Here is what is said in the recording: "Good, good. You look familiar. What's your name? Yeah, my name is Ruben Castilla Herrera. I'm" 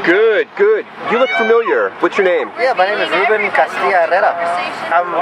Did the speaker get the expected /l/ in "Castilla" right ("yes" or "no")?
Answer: no